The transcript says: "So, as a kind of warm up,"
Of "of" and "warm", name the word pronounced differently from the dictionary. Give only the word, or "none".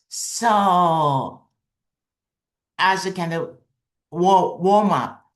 of